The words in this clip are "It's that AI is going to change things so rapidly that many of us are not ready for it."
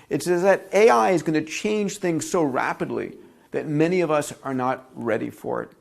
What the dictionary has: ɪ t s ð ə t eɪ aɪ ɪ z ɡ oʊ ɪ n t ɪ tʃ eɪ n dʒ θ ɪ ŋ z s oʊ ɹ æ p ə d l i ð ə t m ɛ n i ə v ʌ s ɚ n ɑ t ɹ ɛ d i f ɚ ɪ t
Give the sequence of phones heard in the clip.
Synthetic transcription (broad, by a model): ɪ t s ð ə t eɪ aɪ ɪ z ɡ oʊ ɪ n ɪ tʃ eɪ n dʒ θ ɪ ŋ z s oʊ ɹ æ p ə d l i ð ə t m ɛ n i ə v ʌ s ɚ n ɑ t ɹ ɛ d i f ɚ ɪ t